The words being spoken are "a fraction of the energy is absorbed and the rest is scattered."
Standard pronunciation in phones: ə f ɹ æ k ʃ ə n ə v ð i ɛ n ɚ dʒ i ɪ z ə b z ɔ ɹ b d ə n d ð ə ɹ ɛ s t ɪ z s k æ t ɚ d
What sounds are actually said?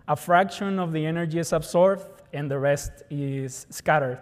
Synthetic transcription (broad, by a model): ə f ɹ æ k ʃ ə n ə v ð i ɛ n ɚ dʒ i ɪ s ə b s ɔ ɹ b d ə n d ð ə ɹ ɛ s t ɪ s k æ t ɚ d